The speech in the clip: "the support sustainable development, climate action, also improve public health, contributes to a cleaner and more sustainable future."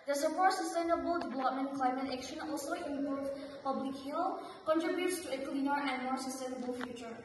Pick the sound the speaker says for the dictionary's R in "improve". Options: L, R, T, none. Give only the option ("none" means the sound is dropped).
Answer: none